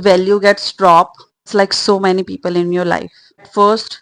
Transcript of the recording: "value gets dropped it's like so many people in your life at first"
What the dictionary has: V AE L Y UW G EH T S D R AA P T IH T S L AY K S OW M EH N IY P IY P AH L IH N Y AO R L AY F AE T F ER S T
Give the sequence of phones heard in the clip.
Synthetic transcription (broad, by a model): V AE L Y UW G EH T S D R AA P IH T S L AY K S OW M EH N IY P IY P AH L IH N Y AO R L AY F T F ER S T